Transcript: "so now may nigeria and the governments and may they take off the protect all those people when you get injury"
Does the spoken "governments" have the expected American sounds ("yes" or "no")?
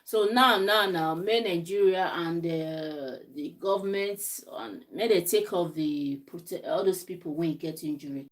no